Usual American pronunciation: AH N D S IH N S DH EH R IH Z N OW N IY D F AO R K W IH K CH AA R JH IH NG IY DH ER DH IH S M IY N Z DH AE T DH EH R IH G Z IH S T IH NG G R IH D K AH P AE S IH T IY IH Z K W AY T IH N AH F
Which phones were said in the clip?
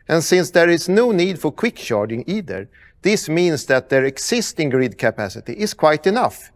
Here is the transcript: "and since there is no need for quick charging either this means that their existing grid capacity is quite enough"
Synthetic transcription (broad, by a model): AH N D S IH N S DH EH R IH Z N OW N IY D F AO R K W IH K SH AA R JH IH NG IY DH ER DH IH S M IY N S DH AE T DH EH R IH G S IH S T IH NG G R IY D K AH P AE S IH T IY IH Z K W AY T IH N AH F